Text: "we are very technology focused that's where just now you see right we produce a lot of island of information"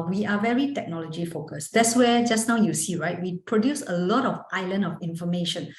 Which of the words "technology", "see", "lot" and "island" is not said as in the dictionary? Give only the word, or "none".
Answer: island